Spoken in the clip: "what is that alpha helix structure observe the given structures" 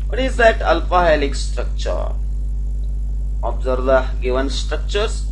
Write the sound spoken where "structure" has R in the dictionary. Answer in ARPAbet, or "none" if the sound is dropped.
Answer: R